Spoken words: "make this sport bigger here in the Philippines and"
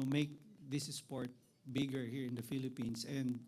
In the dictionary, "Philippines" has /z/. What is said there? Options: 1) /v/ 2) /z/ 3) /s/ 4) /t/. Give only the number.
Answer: 3